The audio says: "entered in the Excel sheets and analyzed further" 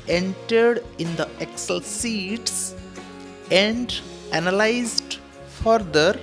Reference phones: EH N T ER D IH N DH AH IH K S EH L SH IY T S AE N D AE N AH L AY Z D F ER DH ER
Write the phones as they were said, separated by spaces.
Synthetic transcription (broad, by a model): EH N T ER D IH N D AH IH K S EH L S IY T S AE N D AE N AH L AY Z D F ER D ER